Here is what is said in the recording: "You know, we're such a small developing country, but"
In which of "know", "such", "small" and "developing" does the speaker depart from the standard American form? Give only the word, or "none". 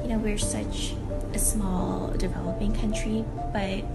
none